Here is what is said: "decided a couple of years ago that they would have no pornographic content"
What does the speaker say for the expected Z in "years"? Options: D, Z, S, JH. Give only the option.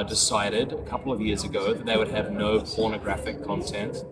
Z